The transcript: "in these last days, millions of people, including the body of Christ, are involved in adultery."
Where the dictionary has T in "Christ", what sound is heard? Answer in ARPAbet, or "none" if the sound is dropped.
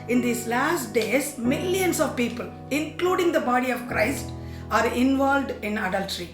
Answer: T